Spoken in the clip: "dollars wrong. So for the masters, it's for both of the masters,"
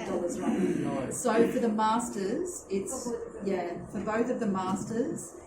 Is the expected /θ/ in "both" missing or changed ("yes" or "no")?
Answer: no